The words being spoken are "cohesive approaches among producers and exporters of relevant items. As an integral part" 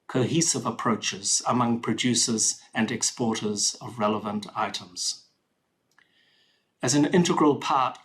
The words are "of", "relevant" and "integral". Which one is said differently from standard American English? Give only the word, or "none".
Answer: none